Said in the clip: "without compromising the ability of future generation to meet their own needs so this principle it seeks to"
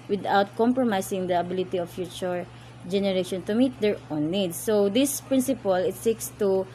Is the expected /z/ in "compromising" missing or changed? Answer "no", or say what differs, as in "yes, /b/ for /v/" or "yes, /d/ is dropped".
yes, /s/ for /z/